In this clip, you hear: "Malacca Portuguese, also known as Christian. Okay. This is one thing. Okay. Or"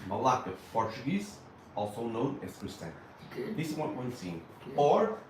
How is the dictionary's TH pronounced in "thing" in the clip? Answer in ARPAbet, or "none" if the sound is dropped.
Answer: S